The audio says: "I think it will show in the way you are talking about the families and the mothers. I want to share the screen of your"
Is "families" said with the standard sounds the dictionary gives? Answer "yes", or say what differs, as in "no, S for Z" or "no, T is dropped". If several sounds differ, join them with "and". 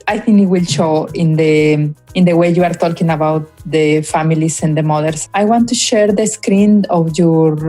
no, S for Z